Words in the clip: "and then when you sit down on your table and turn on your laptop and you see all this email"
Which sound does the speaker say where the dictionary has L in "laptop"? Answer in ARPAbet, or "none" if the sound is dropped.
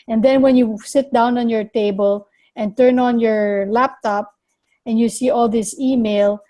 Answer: L